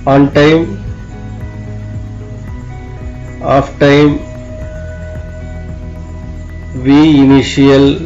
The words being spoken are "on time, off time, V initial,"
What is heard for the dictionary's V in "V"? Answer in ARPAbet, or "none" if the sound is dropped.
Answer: V